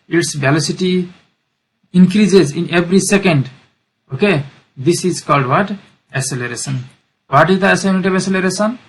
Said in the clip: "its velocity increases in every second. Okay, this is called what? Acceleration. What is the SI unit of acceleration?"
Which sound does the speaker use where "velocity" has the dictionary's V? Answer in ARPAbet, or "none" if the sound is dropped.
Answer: B